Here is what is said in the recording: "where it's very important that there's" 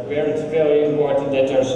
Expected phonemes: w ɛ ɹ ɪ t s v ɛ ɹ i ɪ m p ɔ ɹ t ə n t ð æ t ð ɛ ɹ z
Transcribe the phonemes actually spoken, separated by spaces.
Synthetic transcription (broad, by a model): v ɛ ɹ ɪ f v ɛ l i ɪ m p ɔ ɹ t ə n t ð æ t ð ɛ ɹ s